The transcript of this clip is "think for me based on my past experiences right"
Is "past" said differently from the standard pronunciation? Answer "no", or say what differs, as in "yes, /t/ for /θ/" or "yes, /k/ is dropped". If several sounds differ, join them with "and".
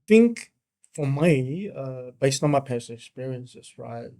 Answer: yes, /t/ is dropped